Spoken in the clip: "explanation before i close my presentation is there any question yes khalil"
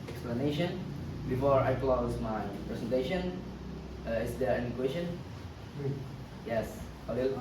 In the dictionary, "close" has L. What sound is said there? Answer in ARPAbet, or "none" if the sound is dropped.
L